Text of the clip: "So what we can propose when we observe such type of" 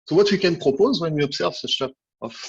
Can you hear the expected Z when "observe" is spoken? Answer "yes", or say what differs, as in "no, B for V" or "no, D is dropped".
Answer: no, S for Z